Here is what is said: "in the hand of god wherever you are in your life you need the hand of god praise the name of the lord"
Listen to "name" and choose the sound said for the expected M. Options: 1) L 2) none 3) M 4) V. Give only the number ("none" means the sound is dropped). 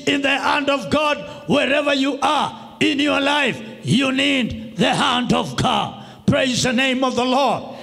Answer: 3